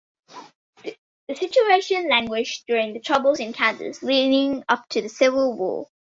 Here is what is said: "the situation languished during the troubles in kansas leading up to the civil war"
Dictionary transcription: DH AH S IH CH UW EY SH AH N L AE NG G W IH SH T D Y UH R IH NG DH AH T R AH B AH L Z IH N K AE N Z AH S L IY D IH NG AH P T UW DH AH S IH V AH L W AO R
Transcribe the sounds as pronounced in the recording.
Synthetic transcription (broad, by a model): DH AH S IH CH UW EY SH AH N L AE NG G W IH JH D Y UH R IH NG DH AH T R AH B AH L Z IH N K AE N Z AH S L IY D IH NG AH P T UW DH AH S IH V AH L W AO